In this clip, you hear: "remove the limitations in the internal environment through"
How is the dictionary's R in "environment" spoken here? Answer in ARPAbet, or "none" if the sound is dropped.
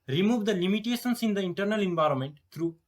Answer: R